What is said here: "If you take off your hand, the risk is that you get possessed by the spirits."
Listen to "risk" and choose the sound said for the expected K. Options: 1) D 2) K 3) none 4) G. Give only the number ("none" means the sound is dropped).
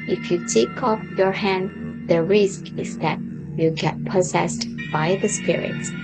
2